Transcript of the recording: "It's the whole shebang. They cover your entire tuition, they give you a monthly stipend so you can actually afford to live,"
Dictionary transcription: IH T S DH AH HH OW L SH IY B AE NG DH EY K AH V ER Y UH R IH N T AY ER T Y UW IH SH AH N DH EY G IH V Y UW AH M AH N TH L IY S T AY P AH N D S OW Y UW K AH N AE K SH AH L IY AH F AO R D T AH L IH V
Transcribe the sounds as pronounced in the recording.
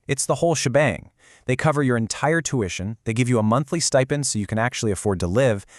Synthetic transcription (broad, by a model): IH T S DH AH HH OW L SH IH B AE NG DH EY K AH V ER Y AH R IH N T AY ER T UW IH SH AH N DH EY G IH V Y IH AH M AH N TH L IY S T AY P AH N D S OW Y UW K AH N AE K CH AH L IY AH F AO R D T AH L IH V